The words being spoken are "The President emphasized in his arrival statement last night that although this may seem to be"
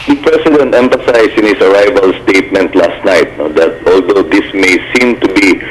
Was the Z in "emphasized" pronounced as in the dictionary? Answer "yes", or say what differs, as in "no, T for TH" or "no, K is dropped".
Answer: no, S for Z